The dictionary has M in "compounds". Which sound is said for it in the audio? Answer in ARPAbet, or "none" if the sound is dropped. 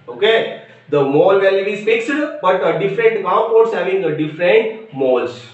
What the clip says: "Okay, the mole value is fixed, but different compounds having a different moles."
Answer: none